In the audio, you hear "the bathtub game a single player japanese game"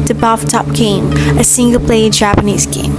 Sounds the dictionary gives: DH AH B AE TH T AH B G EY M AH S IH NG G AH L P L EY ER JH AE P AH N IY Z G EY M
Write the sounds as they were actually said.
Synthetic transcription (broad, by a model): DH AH B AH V T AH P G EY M AH S IH NG G AH L P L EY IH JH AE P AH N IY Z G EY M